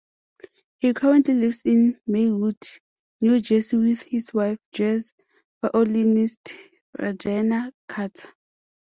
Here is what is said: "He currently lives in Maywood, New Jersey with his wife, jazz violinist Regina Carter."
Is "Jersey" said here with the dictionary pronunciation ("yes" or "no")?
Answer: no